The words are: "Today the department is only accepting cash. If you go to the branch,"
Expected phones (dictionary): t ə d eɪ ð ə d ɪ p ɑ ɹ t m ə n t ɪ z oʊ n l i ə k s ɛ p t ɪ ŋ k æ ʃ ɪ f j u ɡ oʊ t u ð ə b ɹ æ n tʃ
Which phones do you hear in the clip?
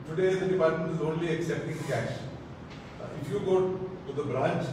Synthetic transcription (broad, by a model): t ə d eɪ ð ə d ɪ p ɑ ɹ t m ə n t ɪ z oʊ n l i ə k s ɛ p t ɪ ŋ k æ ʃ ɪ f j u ɡ oʊ t u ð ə b ɹ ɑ n tʃ